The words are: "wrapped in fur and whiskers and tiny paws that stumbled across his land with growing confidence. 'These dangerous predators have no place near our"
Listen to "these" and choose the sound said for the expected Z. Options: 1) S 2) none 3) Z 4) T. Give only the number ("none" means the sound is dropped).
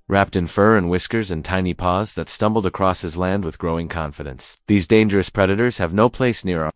3